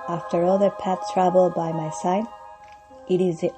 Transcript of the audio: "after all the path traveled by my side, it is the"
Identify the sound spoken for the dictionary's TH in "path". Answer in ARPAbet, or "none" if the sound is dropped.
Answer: S